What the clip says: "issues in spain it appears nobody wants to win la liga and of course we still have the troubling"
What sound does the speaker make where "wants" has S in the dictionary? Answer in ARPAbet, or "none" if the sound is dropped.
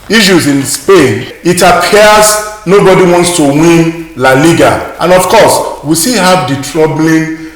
S